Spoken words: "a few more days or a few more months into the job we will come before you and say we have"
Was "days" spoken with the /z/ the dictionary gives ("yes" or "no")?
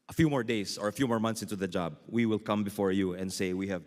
no